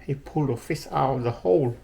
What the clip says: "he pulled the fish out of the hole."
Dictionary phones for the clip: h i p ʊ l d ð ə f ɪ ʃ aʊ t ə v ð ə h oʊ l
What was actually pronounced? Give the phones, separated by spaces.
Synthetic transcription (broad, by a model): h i p ʊ l d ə f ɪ s aʊ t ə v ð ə h oʊ l